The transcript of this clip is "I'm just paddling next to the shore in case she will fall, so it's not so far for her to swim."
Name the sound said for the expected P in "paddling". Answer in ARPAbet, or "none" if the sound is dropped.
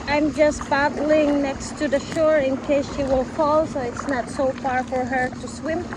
B